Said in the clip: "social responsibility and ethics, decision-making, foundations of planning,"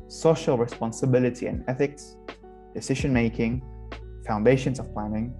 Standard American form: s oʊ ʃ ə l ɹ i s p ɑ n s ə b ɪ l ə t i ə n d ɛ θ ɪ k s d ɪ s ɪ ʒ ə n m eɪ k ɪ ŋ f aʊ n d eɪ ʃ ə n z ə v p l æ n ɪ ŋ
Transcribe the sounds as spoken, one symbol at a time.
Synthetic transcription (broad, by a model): s oʊ ʃ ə l ɹ i s p ɑ n s ə b ɪ l ə t i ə n ɛ θ ɪ k s d ɪ s ɪ ʒ ə n m eɪ k ɪ ŋ f aʊ n d eɪ ʃ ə n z ə v p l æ n ɪ ŋ